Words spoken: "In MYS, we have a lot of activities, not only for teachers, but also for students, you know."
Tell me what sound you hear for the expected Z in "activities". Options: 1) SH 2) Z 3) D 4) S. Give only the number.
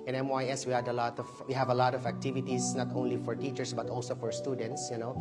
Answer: 4